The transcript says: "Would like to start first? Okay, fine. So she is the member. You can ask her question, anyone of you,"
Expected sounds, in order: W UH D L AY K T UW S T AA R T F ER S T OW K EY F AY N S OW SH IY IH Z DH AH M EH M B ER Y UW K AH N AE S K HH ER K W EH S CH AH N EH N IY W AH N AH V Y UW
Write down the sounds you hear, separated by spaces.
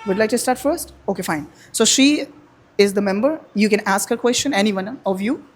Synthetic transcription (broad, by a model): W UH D L AY K T UW S T AA R T F ER S T OW K EY F AY N S OW SH IY IH Z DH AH M EH M B ER Y UW K AH N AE S K HH ER K W EH S CH AH N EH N IY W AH N AH V Y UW